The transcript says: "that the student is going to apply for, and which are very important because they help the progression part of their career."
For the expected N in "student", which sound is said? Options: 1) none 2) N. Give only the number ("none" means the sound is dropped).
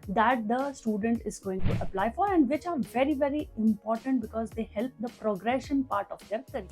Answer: 2